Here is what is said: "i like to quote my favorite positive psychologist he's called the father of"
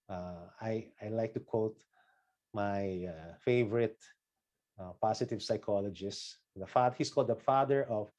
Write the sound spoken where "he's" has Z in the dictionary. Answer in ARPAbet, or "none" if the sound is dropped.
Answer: S